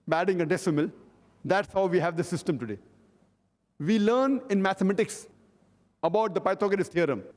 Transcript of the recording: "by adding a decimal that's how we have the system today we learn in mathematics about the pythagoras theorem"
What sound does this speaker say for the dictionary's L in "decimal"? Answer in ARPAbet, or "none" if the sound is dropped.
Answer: L